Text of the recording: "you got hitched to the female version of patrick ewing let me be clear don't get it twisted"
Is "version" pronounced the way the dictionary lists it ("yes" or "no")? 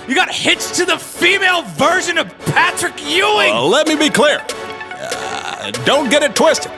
yes